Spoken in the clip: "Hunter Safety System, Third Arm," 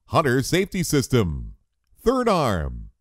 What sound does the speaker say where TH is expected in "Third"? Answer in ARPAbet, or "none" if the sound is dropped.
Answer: TH